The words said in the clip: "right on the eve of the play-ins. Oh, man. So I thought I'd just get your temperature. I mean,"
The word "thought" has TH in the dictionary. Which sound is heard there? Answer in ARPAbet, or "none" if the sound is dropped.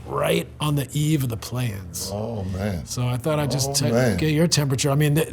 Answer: TH